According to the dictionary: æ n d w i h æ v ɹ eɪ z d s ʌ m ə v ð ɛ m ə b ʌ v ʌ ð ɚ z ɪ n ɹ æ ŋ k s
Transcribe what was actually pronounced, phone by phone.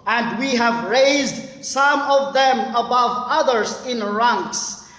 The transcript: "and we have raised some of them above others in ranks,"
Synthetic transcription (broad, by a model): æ n d w i h æ v ɹ eɪ z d s ʌ m ə v ð ɛ m ə b ʌ v ʌ ð ɚ z ɪ n ɹ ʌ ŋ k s